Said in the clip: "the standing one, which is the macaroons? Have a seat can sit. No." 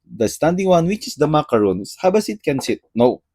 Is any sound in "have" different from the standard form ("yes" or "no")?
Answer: yes